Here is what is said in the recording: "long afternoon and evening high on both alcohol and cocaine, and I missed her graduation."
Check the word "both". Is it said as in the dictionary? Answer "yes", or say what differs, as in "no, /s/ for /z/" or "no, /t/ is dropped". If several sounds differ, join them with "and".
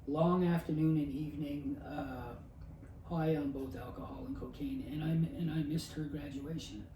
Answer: yes